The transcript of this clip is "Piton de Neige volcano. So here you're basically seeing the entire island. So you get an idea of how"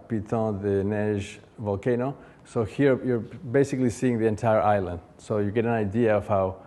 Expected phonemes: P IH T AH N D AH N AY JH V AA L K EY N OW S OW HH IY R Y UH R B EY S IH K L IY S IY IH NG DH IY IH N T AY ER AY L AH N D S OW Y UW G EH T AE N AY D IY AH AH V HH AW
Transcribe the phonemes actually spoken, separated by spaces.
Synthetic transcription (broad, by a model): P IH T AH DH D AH N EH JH V AA L K EY N OW S OW HH IY R Y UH R B EY S IH K L IY S IY IH NG DH IY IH N T AY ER AY L AH N D S OW Y UW G EH T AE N AY D IY AH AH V HH AW